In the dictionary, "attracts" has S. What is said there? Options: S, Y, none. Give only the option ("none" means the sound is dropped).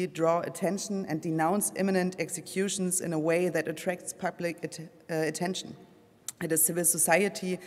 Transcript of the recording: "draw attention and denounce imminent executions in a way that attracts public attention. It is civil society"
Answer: S